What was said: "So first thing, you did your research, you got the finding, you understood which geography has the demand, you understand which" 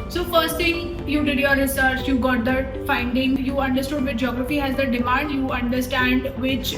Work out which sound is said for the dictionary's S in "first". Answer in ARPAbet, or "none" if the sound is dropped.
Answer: S